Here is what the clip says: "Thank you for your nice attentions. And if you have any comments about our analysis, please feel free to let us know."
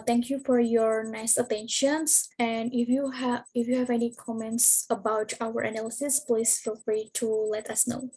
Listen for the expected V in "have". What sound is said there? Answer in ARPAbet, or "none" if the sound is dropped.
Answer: V